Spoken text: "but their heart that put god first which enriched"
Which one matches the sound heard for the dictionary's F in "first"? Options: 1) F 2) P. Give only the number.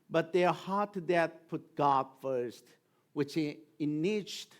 1